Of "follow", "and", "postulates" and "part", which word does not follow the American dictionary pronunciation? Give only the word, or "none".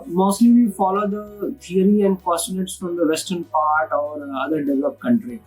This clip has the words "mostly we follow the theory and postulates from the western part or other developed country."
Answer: postulates